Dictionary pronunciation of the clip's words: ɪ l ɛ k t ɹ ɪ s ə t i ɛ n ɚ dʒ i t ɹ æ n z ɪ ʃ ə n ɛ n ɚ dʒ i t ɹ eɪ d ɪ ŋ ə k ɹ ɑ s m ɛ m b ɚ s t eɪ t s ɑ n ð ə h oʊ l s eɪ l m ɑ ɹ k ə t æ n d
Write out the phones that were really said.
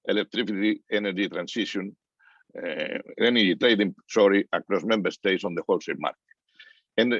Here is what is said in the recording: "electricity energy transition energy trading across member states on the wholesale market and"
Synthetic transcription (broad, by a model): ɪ l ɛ k t ɹ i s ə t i ɛ n ɚ dʒ i t ɹ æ n s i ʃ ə n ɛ n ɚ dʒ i t ɹ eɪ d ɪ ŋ ə k ɹ ɑ s m ɛ m b ɚ s t eɪ t s ɑ n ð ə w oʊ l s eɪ m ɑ ɹ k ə n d